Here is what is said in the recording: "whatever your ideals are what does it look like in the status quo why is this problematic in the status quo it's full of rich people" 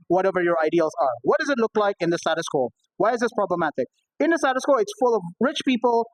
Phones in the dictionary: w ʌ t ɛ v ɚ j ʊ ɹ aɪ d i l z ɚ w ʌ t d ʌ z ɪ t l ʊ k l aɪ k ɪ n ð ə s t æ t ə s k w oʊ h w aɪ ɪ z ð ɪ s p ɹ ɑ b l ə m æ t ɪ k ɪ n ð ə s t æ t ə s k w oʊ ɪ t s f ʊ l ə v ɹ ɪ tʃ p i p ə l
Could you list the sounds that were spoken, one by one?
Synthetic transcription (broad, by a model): w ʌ t ɛ v ɚ j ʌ ɹ aɪ d i l z ɚ w ʌ t d ʌ z ɪ t l ʊ k l aɪ k ɪ n ð ə s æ t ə s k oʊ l w aɪ ɪ z ð ɪ s p ɹ ɑ b l ə m æ t ɪ k ɪ n ð ə s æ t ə s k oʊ ɪ t s f ʊ l ə v ɹ ɪ tʃ p i p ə l